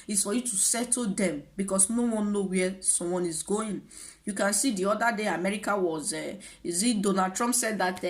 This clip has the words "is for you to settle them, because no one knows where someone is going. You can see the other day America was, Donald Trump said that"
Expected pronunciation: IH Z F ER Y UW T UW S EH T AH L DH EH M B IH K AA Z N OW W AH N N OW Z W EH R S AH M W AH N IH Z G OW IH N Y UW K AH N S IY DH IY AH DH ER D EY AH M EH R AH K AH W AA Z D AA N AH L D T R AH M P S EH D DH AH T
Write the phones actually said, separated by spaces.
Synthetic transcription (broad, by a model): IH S F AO Y UW T UW S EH T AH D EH M B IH K AA S N OW W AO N N OW W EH S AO M W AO N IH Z G OW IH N Y UW K AH N S IY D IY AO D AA D EY AH M EH R AH K AH W AA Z D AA N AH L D T R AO M P S EH D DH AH T